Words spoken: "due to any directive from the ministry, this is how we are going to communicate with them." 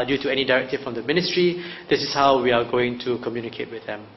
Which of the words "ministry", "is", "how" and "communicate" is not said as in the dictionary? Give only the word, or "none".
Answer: is